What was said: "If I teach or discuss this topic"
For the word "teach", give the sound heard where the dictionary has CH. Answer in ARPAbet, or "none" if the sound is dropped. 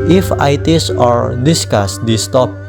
S